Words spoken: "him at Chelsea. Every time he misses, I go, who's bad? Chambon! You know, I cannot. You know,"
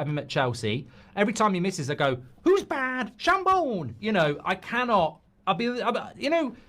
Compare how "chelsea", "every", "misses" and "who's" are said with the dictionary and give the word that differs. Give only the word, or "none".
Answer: none